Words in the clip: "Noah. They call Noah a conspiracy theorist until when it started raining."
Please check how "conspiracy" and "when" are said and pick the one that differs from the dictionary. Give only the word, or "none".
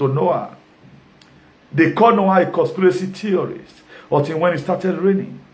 conspiracy